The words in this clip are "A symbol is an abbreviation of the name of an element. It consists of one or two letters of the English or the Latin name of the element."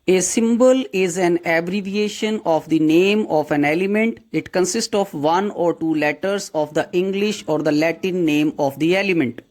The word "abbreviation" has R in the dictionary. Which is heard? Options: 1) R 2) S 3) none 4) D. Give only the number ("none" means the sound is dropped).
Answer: 1